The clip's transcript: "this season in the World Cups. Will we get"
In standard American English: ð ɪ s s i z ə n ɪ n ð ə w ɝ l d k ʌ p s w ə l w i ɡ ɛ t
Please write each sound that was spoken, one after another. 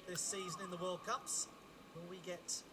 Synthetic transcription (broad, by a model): ð ɪ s s i z ə n ɪ n ð ə w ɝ l d k ʌ p s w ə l w i ɡ ɛ t